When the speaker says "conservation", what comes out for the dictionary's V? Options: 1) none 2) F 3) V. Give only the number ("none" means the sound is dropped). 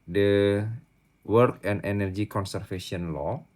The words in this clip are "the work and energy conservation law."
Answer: 2